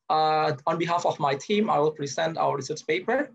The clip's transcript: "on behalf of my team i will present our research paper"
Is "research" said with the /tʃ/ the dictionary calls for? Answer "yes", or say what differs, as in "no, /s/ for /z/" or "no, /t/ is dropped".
no, /s/ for /tʃ/